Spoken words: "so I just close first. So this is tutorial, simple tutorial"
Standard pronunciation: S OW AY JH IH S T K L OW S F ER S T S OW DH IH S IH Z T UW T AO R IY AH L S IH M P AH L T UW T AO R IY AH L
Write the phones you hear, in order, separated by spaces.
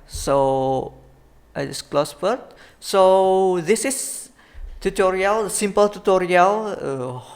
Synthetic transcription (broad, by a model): S OW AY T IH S K L OW S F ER T S OW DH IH S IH S T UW T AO R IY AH L S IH M P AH L T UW T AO R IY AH L